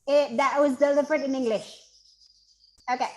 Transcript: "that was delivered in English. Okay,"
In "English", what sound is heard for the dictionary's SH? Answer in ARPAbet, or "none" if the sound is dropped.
SH